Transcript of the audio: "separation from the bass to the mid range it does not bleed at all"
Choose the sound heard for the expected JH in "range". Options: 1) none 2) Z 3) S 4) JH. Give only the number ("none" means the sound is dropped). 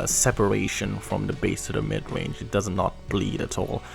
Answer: 4